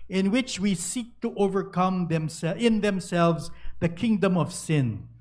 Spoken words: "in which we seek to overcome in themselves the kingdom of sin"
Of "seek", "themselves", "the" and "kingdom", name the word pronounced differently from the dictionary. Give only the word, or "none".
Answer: none